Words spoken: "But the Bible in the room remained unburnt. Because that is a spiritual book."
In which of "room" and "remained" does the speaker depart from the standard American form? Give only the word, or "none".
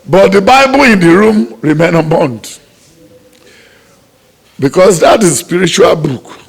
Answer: remained